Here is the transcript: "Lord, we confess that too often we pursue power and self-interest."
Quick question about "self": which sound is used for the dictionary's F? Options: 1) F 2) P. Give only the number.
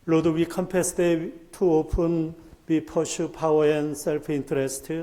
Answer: 2